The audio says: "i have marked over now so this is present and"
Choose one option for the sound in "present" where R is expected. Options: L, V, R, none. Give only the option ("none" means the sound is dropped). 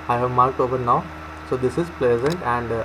L